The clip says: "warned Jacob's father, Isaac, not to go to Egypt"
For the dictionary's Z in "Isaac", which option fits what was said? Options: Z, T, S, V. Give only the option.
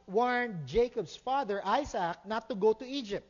S